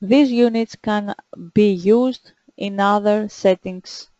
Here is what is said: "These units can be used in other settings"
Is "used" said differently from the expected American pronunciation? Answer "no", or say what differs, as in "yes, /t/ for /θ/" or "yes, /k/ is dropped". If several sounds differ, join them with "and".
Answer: no